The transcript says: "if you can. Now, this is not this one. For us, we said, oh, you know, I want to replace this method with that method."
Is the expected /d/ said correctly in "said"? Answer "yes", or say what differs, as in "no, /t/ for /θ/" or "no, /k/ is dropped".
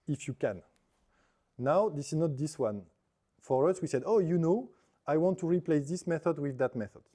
yes